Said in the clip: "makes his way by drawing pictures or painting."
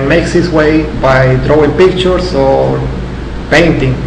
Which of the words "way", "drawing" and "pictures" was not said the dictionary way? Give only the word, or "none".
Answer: pictures